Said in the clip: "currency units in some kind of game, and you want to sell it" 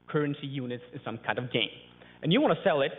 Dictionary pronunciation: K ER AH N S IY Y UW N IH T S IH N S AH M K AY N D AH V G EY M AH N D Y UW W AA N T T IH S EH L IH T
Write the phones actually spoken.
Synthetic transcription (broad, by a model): K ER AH N S IY Y UW N IH T S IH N S AH M K AY N D AH V G EY M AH N Y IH W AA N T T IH S EH L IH T